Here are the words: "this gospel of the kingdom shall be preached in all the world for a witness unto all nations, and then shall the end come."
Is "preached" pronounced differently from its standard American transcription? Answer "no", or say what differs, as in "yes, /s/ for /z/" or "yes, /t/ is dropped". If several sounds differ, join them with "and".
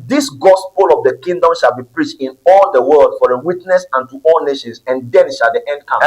no